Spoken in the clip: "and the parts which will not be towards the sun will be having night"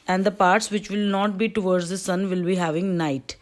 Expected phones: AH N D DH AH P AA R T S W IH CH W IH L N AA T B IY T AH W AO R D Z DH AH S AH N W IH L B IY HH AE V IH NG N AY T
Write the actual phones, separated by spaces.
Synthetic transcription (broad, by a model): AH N D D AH P AA R T S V IH CH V IH L N AA T B IY T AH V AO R D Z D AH S AH N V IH L B IY HH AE V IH NG N AY T